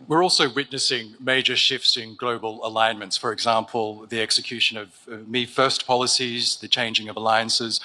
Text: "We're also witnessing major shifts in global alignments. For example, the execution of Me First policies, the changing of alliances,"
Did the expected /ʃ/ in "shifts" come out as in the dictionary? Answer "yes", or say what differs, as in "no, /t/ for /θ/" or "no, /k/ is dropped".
yes